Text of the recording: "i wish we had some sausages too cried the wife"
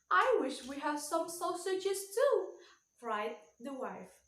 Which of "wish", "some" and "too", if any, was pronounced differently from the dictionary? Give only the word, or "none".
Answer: none